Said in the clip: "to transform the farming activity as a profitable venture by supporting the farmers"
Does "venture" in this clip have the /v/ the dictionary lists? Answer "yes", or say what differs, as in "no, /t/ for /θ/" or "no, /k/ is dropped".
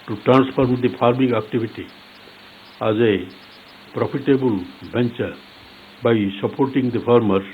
no, /b/ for /v/